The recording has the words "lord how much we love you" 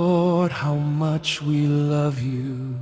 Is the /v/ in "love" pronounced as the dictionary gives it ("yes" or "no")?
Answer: yes